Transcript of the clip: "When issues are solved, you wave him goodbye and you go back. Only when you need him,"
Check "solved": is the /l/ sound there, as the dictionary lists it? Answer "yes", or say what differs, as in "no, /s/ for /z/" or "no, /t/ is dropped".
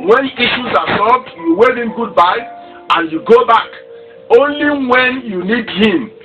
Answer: no, /l/ is dropped